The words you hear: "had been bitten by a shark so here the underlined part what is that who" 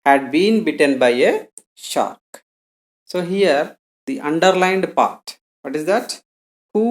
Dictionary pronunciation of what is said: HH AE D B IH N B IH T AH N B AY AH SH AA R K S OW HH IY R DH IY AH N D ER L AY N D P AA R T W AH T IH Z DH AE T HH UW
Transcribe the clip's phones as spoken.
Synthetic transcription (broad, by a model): HH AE D B IH N B IH T AH N B AY AH SH AA R K S OW HH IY R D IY AH N D ER L AY N D P AA R T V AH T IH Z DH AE T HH UW